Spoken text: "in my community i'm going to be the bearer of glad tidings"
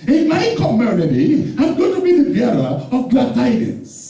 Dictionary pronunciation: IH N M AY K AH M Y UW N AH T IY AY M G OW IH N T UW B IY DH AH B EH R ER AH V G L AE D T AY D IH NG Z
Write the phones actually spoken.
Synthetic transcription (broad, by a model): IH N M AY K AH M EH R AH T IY AY M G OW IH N T UW B IY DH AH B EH L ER AH V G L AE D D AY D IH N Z